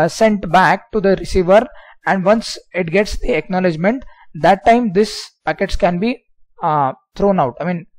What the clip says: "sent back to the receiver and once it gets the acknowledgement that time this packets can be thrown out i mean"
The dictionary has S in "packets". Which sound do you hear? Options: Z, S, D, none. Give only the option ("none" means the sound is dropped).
S